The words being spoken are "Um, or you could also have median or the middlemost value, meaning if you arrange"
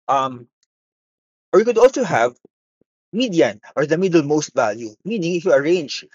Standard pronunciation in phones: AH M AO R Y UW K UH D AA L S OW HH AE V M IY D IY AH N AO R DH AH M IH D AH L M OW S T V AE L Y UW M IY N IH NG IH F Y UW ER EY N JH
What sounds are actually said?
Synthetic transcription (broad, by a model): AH M AO R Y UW K UH D AA L S OW HH AE V M IY D IY AH N AO R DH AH M IH D AH L M OW S T V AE L Y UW M IY N IH NG IH F Y UW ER EY N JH